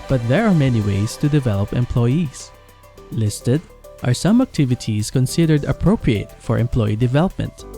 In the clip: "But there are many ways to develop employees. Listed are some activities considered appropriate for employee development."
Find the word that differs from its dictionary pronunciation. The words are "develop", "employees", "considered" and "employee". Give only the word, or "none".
employees